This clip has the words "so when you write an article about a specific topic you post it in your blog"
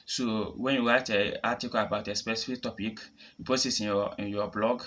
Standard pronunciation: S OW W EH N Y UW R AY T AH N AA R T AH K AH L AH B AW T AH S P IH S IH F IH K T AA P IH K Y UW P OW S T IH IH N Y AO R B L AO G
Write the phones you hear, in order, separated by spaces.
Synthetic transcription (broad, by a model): S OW W EH N Y UW W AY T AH AA T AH K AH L AH B AW T AH S P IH S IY F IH K T AA P IH K Y UW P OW S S IH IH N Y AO B L AO G